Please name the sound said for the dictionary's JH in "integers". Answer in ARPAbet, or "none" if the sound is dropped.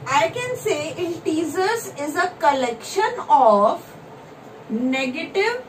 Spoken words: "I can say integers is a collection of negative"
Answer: Z